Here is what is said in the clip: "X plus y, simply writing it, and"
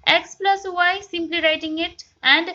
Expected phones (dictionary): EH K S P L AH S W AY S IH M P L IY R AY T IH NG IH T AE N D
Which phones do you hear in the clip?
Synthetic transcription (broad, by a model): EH K S P L AH S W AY S IH M P L IY R AY T IH NG IH T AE N D